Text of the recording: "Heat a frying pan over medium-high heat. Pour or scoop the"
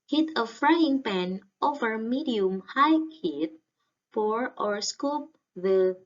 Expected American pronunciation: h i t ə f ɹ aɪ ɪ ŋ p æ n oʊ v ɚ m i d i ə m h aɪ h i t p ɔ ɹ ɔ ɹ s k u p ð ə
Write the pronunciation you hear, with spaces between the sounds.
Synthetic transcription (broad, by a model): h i t ə f ɹ aɪ ɪ ŋ p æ n oʊ v ɚ m i d i ə m h aɪ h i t f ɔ ɹ ɔ ɹ s k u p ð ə